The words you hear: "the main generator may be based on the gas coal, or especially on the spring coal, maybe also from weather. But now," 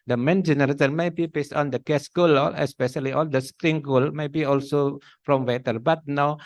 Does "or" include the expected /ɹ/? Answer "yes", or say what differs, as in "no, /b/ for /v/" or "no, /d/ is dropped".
no, /l/ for /ɹ/